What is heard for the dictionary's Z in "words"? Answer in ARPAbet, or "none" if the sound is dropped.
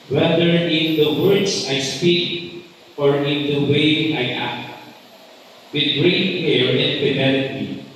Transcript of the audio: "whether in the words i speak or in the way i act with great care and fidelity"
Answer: S